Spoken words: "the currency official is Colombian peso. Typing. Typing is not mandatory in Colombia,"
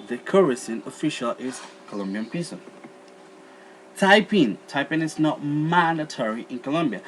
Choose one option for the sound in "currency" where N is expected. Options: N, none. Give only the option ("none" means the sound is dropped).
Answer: none